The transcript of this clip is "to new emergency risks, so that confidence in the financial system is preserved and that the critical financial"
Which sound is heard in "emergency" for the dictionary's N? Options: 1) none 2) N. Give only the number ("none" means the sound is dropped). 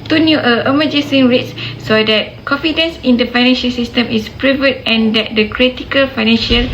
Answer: 1